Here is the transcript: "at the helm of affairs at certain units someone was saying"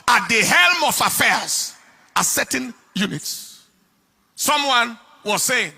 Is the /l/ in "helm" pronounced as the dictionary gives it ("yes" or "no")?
yes